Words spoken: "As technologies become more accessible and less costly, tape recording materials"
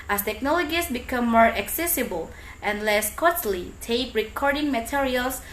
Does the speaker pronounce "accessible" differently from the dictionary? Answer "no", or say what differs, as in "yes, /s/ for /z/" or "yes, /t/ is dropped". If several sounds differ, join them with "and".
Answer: no